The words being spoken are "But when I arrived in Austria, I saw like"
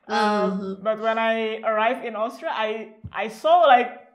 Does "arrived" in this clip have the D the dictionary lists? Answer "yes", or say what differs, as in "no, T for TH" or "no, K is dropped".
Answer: no, D is dropped